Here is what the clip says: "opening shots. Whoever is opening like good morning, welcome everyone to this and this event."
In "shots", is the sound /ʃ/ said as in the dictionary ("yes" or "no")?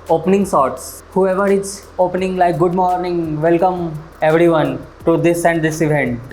no